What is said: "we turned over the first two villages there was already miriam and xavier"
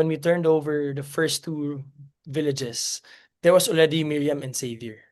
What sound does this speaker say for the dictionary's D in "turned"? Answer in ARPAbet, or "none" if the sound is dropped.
D